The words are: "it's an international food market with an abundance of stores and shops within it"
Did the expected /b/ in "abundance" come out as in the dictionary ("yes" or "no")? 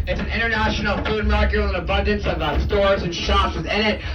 yes